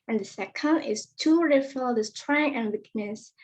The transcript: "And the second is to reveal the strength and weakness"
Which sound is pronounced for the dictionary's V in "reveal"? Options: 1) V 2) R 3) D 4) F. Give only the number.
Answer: 4